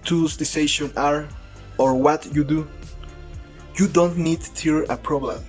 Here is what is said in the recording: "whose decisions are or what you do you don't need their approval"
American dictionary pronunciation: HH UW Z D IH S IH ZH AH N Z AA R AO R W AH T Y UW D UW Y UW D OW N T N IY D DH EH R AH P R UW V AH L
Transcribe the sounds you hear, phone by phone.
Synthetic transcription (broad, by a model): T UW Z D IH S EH SH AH N AA R AO R W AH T Y UW D UW Y UW D OW N T N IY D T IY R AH P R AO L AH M